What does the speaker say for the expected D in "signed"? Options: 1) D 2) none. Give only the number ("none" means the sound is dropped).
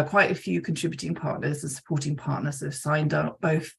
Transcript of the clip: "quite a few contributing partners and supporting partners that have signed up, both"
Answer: 1